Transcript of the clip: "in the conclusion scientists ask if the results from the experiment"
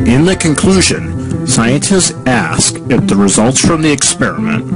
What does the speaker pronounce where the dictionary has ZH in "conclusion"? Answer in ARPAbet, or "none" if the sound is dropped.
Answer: ZH